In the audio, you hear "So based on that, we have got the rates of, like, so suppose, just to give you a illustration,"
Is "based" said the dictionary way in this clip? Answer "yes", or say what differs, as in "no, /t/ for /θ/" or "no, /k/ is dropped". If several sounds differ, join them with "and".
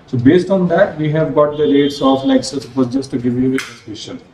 yes